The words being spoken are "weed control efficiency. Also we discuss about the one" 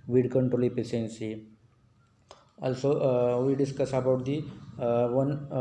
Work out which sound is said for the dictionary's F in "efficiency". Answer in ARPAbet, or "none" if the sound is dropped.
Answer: P